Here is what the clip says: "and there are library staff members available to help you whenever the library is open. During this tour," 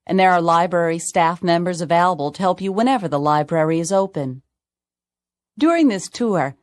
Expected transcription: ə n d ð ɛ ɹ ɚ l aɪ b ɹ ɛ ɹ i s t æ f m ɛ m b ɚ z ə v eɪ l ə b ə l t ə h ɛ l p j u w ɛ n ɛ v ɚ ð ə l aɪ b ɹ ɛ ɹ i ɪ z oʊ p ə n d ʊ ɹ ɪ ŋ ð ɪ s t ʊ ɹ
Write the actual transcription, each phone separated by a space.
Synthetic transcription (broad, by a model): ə n ð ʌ ɹ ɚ l aɪ b ɹ ɛ ɹ i s t æ f m ɛ m b ɚ z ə v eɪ l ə b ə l t ə h ɛ l p j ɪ w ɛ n ɛ v ɚ ð ə l aɪ b ɹ ɛ ɹ i ɪ z oʊ p ə n d ʊ ɹ ɪ ŋ ð ɪ s t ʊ ɹ